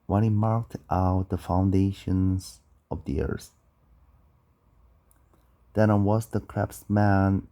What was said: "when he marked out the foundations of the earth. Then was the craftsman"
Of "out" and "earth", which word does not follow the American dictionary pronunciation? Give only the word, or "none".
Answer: earth